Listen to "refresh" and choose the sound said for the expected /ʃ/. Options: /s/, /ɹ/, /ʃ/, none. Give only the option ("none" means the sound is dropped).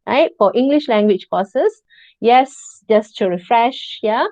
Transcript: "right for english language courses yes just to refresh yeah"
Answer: /ʃ/